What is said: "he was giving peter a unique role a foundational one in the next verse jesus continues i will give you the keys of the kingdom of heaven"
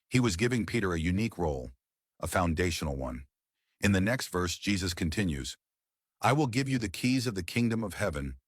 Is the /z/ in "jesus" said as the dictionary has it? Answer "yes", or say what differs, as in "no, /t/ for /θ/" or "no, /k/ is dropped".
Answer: yes